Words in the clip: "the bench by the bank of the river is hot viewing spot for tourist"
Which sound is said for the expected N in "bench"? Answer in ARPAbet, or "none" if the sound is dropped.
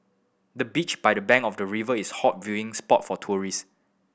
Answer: none